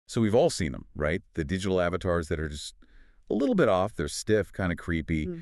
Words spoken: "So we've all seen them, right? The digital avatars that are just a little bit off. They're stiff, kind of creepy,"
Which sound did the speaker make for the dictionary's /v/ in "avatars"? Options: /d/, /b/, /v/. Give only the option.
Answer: /v/